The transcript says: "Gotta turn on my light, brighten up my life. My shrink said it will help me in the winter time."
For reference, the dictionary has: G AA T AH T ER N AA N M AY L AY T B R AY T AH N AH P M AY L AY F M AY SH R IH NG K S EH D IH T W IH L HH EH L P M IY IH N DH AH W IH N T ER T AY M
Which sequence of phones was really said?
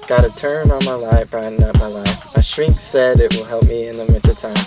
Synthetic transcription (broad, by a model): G AA T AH T ER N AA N M AY L AY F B R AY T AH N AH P M AY L AY F M AY SH R IH NG K S EH D IH T W IH L HH EH L P M IY IH N DH AH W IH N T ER T AY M